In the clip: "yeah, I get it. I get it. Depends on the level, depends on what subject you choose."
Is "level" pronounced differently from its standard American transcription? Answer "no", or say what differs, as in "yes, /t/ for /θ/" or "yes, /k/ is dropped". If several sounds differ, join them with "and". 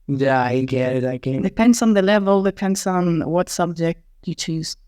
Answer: no